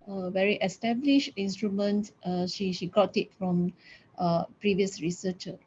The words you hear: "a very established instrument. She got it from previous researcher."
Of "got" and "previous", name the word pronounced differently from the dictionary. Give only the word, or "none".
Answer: none